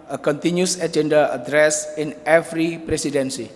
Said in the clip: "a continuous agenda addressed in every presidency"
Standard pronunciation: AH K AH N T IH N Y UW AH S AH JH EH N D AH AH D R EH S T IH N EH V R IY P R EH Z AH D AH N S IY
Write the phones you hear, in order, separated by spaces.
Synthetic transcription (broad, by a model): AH K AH N T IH N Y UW S AH JH EH N D AH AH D R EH S IH N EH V R IY P R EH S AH D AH N S IY